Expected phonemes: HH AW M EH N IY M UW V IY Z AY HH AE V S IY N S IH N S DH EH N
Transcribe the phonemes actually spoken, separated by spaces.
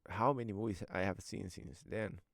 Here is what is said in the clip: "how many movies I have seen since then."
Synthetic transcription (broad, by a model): HH AW M EH N IY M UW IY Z AY HH AE V S IY N S IH N S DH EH N